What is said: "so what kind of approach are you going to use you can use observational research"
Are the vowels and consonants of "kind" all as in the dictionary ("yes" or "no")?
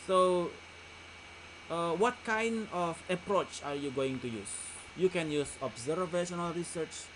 yes